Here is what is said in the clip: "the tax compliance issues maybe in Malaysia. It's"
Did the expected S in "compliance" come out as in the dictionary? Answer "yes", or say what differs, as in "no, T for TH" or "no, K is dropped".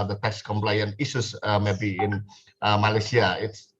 no, S is dropped